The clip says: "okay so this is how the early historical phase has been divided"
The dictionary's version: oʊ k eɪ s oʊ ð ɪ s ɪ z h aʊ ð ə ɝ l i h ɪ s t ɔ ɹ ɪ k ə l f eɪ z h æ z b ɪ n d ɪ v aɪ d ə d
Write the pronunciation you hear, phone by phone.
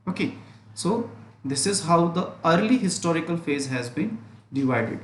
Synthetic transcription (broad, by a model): oʊ k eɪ s oʊ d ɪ s ɪ z h aʊ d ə ɝ l i h ɪ s t ɔ ɹ ɪ k ə l f eɪ z h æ z b ɪ n d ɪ v aɪ d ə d